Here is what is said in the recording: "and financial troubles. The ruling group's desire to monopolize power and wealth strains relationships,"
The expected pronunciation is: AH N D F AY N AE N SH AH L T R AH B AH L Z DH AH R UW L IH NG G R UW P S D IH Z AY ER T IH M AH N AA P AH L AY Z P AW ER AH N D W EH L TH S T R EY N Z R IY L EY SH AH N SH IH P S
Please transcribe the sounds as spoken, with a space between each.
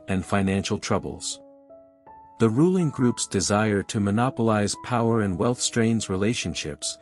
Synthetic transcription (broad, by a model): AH N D F AY N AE N SH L T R AH B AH L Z DH AH R UW L IH NG G R UW P S D IH Z AY ER T IH M AH N AA P AH L AY Z P AW ER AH N W EH L TH S T R EY N Z R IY L EY SH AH N SH IH P S